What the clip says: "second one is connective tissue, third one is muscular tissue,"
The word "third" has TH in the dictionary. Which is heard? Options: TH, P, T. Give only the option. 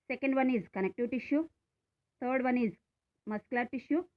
T